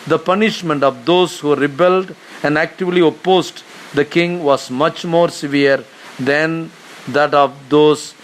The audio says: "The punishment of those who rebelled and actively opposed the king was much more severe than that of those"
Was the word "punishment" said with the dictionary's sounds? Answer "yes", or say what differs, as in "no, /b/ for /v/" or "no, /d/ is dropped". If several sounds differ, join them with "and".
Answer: yes